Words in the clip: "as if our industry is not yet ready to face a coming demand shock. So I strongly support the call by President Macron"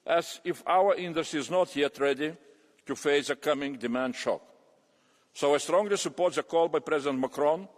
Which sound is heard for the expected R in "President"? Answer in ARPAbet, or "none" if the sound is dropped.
R